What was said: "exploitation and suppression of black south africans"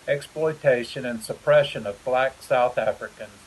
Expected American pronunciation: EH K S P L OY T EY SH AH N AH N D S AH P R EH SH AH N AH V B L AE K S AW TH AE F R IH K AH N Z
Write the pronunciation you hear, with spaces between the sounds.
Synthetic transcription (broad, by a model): EH K S P L OY T EY SH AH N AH N S AH P R EH SH AH N AH V B L AE K S AW TH AE F R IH K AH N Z